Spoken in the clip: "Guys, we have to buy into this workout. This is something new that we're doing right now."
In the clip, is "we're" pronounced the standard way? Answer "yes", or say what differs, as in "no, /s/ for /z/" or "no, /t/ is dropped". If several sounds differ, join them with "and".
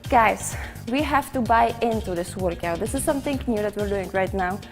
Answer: yes